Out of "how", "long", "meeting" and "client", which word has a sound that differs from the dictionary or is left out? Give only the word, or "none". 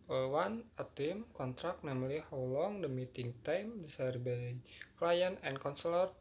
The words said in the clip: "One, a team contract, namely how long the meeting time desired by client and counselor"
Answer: client